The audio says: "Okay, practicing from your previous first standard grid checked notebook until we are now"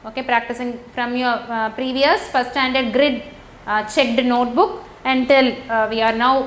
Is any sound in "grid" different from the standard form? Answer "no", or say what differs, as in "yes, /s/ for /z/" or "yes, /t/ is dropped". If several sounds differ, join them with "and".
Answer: no